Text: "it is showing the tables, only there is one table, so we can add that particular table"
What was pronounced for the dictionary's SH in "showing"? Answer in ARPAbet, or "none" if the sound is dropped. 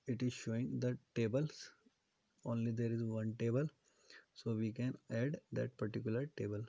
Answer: SH